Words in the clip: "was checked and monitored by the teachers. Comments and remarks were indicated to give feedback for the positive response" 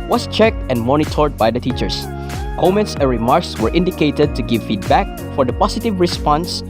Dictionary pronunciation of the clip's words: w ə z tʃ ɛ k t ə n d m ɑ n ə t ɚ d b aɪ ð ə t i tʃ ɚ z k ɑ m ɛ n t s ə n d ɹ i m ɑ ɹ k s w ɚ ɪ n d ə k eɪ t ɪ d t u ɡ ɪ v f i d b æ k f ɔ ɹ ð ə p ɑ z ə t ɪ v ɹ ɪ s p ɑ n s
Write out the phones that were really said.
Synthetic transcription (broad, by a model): w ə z tʃ ɛ k t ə n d m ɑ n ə t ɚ d b aɪ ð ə t i tʃ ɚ s k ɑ m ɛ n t s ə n ɹ i m ɑ ɹ k s w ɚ ɪ n d ə k eɪ t ɪ d t u ɡ ɪ v f i d b æ k f ɔ ɹ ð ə p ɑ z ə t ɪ v ɹ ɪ s p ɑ n s